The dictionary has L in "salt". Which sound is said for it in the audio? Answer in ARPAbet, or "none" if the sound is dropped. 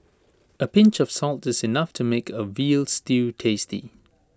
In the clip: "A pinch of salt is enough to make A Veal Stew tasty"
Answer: L